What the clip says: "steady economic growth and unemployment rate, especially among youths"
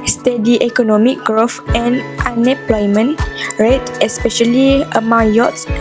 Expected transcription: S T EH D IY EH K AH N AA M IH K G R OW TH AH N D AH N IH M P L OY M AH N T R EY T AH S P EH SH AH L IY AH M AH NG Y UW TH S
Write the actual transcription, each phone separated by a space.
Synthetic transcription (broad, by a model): S T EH D IY EH K AH N AA M IH K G R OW F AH N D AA N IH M P L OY M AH N R EY T AH S P EH SH AH L IY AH M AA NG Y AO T S